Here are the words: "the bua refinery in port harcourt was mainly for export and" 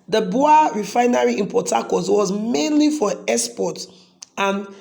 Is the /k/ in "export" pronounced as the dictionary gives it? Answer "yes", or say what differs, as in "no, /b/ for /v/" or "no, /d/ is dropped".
no, /k/ is dropped